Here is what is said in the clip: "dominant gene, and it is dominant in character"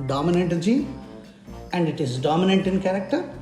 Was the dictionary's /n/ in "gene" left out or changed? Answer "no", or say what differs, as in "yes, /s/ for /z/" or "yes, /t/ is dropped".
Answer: yes, /n/ is dropped